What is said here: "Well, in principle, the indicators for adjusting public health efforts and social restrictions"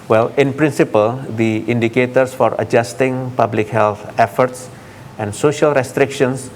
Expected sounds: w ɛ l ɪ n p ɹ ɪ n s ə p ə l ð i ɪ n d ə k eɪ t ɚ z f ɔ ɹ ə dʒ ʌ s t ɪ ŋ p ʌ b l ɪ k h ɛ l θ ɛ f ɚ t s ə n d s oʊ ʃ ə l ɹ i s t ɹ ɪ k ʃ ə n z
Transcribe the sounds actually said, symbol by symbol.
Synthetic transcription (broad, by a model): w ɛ l ɪ n p ɹ ɪ n s ə p ə l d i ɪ n d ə k eɪ t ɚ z f ɔ ɹ ə dʒ ʌ s t ɪ ŋ p ʌ b l ɪ k h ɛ l t ɛ f ɚ t s ə n d s oʊ ʃ ə l ɹ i s t ɹ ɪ k ʃ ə n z